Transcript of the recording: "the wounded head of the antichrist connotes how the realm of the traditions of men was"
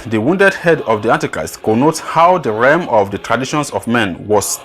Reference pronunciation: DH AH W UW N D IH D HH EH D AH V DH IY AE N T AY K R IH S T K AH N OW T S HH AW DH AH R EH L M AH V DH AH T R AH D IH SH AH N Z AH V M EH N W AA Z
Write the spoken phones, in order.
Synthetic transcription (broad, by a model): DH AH W UW N D IH D HH EH D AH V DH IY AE N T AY K R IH S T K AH N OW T HH AW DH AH R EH M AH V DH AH T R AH D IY SH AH N S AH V M EH N W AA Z